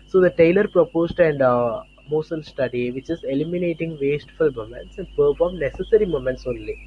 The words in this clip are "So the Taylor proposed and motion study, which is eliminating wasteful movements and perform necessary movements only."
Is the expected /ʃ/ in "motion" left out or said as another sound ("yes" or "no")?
yes